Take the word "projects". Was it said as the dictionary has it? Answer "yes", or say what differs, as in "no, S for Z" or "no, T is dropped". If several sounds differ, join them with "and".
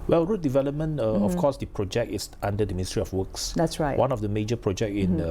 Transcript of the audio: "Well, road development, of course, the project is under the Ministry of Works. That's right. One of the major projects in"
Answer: no, S is dropped